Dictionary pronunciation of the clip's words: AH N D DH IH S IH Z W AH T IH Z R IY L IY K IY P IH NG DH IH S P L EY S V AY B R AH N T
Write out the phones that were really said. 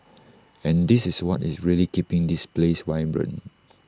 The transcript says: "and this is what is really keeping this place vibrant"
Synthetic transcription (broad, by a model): AH N D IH S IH S W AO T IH S R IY L IY K IY P IH NG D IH S P L EY S W AY B R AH N